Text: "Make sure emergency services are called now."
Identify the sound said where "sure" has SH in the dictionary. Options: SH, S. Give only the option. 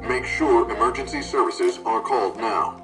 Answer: SH